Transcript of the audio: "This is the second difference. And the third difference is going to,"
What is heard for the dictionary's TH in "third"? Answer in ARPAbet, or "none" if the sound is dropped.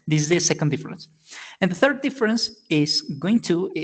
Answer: TH